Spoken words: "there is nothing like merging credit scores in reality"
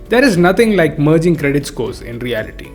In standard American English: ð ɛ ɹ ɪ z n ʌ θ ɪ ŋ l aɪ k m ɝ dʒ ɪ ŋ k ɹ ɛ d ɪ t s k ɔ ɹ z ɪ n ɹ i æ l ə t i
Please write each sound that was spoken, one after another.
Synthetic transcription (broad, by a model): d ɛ ɹ ɪ z n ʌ t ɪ ŋ l aɪ k m ɝ dʒ ɪ ŋ k ɹ ɛ d ɪ t s k ɔ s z ɪ n ɹ i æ l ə t i